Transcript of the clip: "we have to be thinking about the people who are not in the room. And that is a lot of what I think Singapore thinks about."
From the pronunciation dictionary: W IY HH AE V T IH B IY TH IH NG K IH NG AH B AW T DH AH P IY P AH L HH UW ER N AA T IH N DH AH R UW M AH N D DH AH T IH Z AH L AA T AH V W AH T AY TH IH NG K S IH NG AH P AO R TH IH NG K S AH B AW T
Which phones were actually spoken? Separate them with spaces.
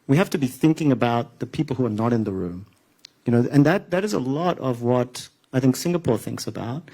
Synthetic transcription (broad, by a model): W IY HH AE F T IH B IY TH IH NG K IH NG AH B AW T DH AH P IY P L HH UW ER N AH T IH N DH AH R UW M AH N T DH AH T IH Z AH L AA T AH V W AH T AY TH IH NG K S IH NG AH P AO R TH IH NG K S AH B AW T